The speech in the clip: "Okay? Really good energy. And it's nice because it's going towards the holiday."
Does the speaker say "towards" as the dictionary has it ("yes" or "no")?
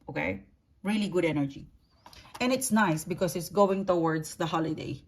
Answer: no